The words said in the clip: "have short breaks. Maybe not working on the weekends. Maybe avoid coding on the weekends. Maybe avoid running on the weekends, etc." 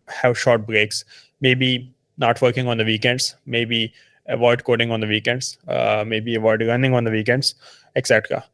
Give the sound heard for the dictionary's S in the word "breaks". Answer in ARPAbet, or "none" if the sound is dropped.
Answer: S